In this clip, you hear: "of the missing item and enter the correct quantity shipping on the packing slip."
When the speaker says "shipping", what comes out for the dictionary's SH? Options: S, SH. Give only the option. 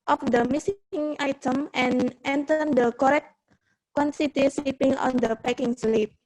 S